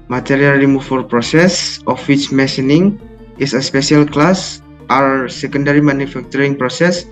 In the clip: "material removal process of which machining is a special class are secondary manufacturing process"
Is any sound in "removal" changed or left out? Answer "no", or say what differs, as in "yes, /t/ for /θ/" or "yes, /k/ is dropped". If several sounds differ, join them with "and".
yes, /f/ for /v/